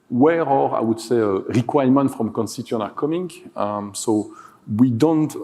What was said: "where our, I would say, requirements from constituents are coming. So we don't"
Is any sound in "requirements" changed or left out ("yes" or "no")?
yes